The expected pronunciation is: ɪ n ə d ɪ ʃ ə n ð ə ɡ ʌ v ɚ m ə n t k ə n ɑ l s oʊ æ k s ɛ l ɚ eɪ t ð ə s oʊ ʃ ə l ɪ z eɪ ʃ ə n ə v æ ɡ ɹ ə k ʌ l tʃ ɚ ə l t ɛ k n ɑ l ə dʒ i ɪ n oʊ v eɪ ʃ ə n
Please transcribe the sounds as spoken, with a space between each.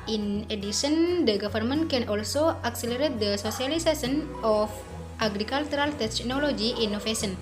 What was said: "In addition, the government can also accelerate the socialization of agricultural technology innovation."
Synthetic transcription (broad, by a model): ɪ n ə d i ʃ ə n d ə ɡ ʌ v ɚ m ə n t k ə n ɑ l s oʊ æ k s ɛ l ɚ eɪ t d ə s oʊ s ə l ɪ s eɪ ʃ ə n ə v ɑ ɡ ɹ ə k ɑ l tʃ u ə l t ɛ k n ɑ l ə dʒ i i n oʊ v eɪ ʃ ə n